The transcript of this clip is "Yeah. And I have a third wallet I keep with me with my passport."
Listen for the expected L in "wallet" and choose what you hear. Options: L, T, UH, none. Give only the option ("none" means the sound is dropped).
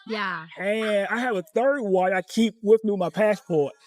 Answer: none